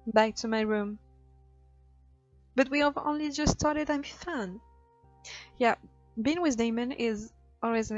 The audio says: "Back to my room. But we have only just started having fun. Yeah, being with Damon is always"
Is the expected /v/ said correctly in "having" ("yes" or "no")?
no